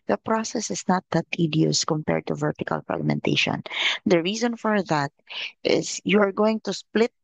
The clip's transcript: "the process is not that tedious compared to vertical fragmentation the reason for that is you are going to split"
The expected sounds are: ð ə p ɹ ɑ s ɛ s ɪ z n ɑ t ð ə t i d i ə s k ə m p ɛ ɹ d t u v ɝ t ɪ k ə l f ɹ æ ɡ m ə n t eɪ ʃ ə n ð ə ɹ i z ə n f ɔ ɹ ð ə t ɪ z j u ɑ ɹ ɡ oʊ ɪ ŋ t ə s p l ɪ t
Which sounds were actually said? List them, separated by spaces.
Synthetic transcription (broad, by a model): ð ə p ɹ ɑ s ɛ s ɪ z n ɑ t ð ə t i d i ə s k ə m p ɛ ɹ d t u v ɝ t ɪ k ə l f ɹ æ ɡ m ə n t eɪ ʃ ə n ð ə ɹ i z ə n f ɔ ɹ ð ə t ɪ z j u ɑ ɹ ɡ oʊ ɪ ŋ t ə s p l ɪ t